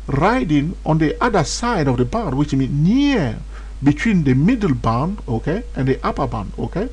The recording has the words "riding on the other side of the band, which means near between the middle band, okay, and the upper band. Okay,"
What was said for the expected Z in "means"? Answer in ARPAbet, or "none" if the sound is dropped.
none